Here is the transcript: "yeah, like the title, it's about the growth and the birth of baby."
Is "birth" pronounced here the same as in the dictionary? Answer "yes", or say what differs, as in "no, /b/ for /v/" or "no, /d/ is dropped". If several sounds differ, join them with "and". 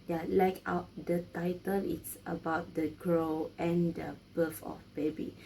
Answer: no, /f/ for /θ/